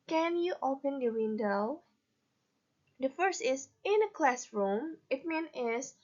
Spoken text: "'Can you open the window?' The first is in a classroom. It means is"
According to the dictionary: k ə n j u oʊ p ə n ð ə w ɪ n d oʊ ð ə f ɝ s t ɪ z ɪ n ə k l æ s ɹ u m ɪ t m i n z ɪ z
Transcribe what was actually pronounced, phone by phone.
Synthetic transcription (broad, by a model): k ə n j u oʊ p ə n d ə w ɪ n d oʊ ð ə f ɝ s t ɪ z ɪ n ə k l æ s ɹ u m ɪ t m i n ɪ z